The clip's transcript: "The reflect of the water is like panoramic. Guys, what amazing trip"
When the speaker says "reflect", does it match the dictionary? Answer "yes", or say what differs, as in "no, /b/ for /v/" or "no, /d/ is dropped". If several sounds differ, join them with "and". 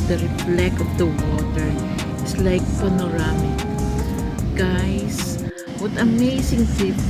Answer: no, /t/ is dropped